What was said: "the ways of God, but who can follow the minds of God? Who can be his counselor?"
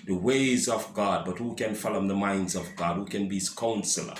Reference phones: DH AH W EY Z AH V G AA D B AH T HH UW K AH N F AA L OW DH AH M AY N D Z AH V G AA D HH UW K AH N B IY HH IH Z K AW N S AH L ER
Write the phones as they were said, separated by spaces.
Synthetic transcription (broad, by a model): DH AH W EY Z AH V G AA D B AH T HH UW K AH N F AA L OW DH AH M AY N D Z AH V G AA D HH UW K AH N B IY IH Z K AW N S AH L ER